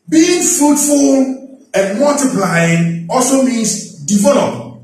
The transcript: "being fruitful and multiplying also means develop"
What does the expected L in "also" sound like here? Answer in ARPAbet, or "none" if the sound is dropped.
L